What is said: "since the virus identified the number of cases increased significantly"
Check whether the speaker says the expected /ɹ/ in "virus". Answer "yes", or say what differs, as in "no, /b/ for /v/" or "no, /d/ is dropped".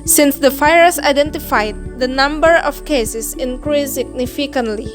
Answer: no, /ɹ/ is dropped